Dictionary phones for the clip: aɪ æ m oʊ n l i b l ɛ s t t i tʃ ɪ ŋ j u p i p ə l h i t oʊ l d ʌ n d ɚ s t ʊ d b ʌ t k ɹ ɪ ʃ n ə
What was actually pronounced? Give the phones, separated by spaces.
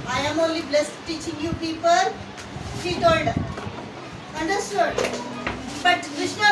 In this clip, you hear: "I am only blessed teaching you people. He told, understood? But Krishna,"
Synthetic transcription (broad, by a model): aɪ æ m oʊ n l i b l ɛ s t t i tʃ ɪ ŋ j u p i p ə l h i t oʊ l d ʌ n d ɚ s t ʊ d b ʌ t k ɹ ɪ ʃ n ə